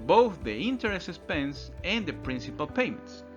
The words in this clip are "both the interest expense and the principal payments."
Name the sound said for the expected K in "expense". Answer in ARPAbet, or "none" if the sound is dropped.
none